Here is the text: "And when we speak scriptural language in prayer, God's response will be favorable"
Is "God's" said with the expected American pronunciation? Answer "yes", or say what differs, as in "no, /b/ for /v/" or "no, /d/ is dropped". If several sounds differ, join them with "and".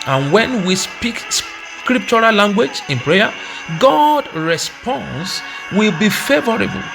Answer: no, /z/ is dropped